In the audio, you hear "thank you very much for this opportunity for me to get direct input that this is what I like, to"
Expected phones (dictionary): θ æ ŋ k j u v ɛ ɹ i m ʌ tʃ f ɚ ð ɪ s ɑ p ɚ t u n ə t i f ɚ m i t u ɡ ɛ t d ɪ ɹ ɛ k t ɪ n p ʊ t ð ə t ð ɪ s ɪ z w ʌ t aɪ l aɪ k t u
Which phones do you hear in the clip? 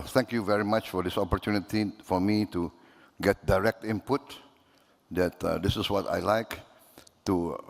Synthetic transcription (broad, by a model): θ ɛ ŋ k j u v ɛ ɹ i m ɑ tʃ f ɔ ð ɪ s ɑ p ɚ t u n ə t i f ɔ m i t u ɡ ɛ t d ɪ ɹ ɛ k t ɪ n p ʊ t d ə t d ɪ s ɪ s w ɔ t aɪ l aɪ k t u